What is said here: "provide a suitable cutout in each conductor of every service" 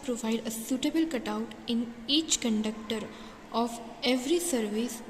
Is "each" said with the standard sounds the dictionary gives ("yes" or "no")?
yes